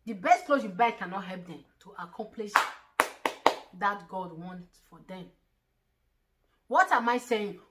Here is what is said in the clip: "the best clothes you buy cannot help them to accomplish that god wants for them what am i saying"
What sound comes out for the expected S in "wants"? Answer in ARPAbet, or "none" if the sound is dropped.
none